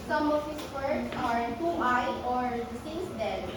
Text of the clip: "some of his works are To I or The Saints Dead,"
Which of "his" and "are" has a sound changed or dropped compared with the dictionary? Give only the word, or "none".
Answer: his